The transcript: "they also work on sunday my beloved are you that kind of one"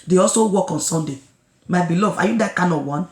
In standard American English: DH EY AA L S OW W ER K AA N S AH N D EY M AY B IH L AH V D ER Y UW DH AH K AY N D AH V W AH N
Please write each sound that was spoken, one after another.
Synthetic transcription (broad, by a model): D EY AA L S OW W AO K AA N S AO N D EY M AY B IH L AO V AA Y UW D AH K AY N AH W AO N